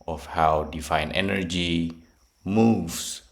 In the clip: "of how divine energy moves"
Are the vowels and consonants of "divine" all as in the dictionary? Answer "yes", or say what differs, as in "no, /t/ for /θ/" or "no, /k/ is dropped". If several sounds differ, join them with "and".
no, /f/ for /v/